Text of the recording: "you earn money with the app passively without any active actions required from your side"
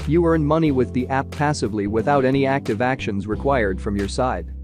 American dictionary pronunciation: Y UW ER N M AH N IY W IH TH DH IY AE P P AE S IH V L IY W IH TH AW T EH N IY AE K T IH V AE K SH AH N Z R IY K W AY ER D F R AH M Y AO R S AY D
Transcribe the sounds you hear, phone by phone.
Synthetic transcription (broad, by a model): Y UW ER N M AH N IY W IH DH IY AE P P AE S IH V L IY W IH TH AW T EH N IY AE K T IH V AE K SH AH N Z R IY K W AY ER D F R AH M Y AO R S AY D